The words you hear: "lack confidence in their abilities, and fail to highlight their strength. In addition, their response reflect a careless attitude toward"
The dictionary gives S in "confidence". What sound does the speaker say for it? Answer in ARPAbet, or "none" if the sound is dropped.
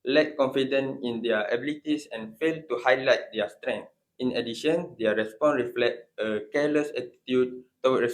none